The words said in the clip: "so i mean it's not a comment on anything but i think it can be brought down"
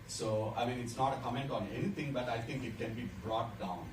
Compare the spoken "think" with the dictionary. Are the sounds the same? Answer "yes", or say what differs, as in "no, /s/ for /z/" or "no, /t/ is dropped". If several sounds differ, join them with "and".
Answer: no, /t/ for /θ/